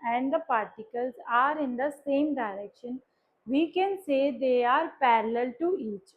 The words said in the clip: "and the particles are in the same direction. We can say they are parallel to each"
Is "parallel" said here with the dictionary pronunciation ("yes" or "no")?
yes